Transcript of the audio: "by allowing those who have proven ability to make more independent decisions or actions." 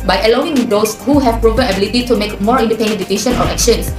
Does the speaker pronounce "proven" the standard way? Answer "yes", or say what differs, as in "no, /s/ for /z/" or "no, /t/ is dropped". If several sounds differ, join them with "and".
no, /p/ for /v/ and /n/ is dropped